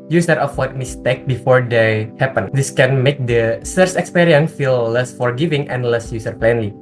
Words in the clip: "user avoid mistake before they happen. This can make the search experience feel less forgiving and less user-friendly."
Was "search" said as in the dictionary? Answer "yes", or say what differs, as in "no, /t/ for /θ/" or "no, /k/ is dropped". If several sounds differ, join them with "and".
no, /s/ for /tʃ/